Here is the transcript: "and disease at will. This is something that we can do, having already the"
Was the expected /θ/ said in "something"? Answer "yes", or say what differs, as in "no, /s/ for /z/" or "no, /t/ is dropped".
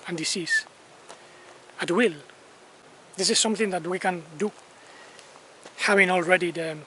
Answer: yes